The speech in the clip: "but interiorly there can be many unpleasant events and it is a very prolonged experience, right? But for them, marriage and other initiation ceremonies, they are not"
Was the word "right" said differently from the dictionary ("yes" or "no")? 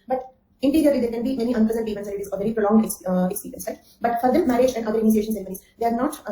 yes